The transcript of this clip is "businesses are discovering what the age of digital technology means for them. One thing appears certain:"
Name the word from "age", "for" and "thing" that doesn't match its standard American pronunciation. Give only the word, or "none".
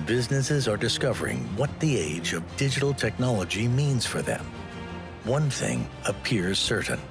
none